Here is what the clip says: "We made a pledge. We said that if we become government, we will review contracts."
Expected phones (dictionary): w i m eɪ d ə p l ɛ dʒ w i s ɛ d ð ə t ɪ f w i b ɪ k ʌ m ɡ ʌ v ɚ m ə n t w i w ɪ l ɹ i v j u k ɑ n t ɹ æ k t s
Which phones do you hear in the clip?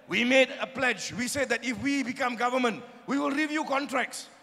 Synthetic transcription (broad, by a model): w i m eɪ d ə p l ɛ dʒ w i s ɛ d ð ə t ɪ f w i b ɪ k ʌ m ɡ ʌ v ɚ m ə n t w i w ɪ l ɹ i v j u k ɑ n t ɹ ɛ k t s